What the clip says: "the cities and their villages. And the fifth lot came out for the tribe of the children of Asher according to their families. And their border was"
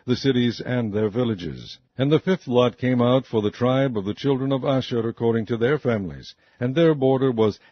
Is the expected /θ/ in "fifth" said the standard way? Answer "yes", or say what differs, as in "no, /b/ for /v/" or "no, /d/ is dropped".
yes